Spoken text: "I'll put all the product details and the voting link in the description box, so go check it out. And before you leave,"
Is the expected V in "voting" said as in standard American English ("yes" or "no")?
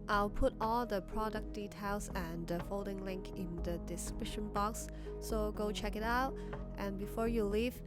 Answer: no